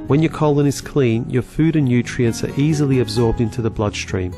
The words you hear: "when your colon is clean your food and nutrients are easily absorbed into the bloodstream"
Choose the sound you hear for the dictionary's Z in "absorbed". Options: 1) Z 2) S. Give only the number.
1